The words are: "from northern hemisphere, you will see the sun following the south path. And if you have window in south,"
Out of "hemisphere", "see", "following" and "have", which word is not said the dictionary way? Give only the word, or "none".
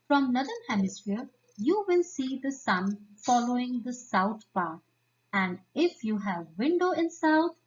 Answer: none